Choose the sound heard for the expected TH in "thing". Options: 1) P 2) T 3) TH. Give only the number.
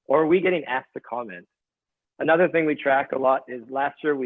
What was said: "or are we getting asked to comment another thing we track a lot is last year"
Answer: 3